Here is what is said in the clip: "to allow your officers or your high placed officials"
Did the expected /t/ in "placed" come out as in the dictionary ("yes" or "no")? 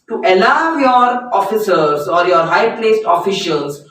yes